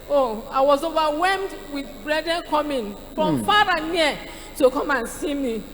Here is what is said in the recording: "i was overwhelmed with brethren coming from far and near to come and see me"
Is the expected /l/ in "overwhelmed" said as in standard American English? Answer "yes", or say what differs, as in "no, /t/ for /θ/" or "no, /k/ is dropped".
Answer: no, /l/ is dropped